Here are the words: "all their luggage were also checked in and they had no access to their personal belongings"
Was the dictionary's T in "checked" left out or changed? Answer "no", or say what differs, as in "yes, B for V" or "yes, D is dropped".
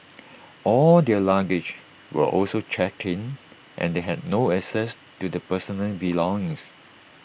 no